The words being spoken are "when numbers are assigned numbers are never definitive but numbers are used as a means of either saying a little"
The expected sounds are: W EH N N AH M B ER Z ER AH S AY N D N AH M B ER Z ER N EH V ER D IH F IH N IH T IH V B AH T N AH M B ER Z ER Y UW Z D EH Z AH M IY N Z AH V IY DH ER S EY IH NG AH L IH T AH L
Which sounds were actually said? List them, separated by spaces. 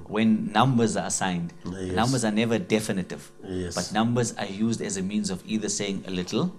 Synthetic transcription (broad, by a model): W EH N N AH M B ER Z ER AH S AY N D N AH M B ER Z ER N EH V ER D IH F IH N IH T IH V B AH T N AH M B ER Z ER Y UW Z D EH Z AH M IY N Z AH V IY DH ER S EY IH NG AH L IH T L